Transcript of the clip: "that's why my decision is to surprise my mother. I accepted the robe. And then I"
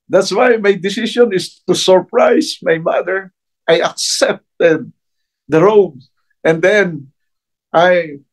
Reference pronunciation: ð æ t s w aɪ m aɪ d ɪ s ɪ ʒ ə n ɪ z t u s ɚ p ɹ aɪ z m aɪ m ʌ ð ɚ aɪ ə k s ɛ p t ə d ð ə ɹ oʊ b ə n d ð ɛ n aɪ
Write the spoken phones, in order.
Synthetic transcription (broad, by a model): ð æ t s w aɪ m aɪ d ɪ s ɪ ʃ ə n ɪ s t u s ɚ p ɹ aɪ s m aɪ m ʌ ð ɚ aɪ ə k s ɛ p t ə d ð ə ɹ oʊ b ə n d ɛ n aɪ